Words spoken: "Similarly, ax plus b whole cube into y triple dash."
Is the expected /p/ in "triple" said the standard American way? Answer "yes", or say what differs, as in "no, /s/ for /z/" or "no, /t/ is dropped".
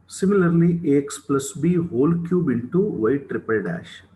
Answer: yes